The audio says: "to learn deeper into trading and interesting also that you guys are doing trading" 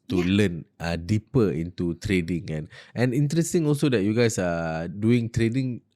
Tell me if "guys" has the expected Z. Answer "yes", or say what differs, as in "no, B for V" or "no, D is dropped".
no, S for Z